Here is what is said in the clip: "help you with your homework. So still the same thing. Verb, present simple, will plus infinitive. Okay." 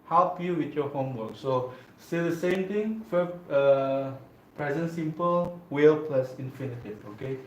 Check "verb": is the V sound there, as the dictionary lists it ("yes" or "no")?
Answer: no